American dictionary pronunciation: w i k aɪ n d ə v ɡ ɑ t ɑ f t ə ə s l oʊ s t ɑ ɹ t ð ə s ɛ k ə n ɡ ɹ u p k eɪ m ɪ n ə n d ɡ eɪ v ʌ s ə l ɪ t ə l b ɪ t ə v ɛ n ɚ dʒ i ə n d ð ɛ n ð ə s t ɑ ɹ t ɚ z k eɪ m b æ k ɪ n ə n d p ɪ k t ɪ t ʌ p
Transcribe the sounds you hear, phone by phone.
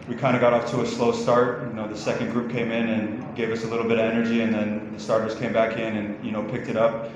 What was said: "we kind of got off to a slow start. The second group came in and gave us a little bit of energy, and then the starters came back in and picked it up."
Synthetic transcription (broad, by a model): w i k aɪ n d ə ɡ ɑ t ɑ f t ə ə s l oʊ s t ɑ ɹ t ð ə s ɛ k ə n ɡ ɹ u p k eɪ m ɪ n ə n ɡ eɪ v ʌ s ə l ɪ t l b ɪ t ə v ɛ n ɚ dʒ i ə n ð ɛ n ð ə s t ɑ ɹ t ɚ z k eɪ m b æ k ɪ n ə n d p ɪ k t ɪ t ʌ p